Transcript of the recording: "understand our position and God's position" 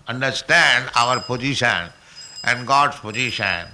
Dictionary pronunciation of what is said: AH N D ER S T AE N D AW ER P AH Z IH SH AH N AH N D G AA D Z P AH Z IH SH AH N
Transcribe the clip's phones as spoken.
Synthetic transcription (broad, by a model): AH N D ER S T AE N D AW ER P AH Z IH SH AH N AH N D G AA D S P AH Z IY SH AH N